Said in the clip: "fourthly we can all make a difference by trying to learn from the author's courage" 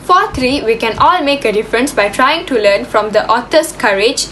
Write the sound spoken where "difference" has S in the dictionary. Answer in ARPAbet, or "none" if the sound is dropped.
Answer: S